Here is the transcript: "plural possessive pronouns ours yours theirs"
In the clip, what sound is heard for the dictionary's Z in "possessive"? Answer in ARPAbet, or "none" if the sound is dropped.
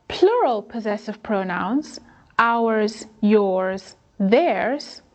Z